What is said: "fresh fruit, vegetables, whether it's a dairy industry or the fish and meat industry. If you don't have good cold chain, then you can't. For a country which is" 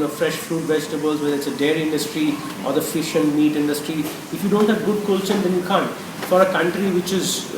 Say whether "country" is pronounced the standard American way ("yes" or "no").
yes